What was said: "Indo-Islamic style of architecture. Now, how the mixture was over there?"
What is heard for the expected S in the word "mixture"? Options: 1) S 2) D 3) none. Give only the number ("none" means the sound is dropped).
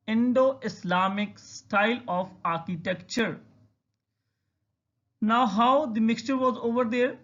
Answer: 1